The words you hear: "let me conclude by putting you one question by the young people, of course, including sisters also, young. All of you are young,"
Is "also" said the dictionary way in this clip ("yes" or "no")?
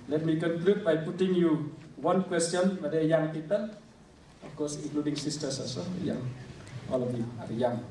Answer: no